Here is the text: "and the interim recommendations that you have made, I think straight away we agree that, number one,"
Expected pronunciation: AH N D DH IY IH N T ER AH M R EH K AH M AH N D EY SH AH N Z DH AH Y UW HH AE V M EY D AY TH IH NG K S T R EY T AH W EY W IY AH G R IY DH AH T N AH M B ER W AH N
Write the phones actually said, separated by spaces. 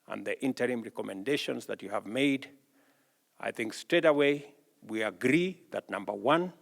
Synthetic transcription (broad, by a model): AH N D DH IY IH N T ER AH M R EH K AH M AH N D EY SH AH N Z DH AH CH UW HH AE V M EY D AY TH IH NG K S T R EY T AH W EY W IY AH G R IY DH AH T N AH M B ER W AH N